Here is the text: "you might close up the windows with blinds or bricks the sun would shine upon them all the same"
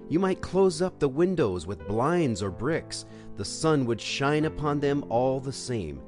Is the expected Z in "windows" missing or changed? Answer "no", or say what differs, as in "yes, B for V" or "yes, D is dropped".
no